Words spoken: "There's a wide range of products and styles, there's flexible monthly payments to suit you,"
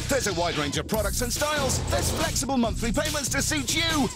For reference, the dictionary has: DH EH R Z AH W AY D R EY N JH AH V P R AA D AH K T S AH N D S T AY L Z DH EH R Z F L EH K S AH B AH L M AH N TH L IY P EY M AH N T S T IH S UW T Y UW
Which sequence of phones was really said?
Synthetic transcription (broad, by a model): DH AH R Z AH W AY D R EY N JH AH V P R AA D AH K T S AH N S T AY L Z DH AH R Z F L EH K S AH B AH L M AH N TH L IY P EY M AH N T S T IH S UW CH Y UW